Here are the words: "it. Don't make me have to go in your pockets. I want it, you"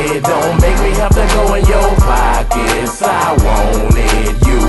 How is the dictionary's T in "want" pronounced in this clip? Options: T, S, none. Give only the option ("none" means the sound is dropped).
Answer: none